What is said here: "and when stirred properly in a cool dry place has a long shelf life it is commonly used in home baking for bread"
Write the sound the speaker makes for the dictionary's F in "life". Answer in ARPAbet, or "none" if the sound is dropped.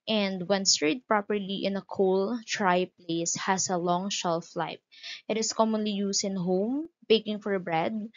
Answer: P